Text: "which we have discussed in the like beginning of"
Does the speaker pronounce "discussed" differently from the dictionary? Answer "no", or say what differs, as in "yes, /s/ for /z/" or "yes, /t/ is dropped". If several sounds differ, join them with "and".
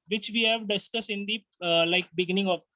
yes, /t/ is dropped